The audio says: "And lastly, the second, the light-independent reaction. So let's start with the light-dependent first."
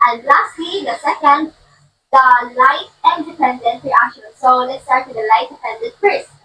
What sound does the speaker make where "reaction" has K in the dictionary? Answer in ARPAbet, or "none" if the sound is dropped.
none